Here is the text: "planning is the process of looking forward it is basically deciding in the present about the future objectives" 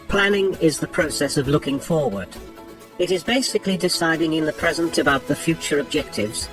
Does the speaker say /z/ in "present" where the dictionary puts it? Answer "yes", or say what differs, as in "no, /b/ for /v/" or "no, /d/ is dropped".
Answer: yes